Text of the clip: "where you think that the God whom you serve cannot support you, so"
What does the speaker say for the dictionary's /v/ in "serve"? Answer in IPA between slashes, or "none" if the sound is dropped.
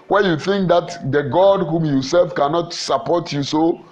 /f/